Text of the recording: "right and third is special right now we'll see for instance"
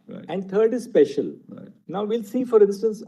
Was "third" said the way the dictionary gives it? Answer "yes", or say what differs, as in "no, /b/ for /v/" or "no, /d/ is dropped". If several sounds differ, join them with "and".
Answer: no, /t/ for /θ/